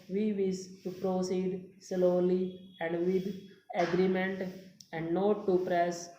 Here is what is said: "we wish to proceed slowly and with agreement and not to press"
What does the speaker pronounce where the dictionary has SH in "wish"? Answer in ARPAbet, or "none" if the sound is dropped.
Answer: S